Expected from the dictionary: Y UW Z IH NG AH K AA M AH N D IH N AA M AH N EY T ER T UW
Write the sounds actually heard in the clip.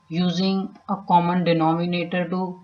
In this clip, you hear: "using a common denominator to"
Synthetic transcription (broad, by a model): Y UW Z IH NG AH K AA M AH N D IH N AA M AH N EY T ER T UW